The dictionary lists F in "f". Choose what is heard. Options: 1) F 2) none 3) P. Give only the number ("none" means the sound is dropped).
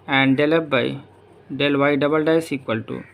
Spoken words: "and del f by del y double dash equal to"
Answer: 3